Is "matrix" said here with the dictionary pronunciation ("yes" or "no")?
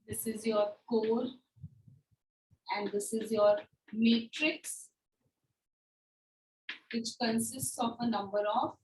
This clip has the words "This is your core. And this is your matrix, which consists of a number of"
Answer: yes